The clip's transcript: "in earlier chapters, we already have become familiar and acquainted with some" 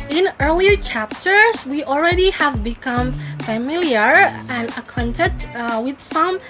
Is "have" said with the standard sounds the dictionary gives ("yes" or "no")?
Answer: yes